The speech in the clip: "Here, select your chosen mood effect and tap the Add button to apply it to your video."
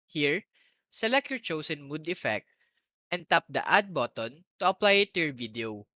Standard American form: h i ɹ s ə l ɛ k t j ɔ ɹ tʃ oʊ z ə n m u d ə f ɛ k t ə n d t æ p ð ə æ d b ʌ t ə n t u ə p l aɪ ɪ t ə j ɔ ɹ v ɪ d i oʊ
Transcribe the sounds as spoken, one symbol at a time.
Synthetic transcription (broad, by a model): h i ɹ s ə l ɛ k t j ɔ ɹ tʃ oʊ s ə n m u d ə f ɛ k t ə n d t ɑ p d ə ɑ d b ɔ t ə n t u ə p l aɪ ɪ t ə j ɔ ɹ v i d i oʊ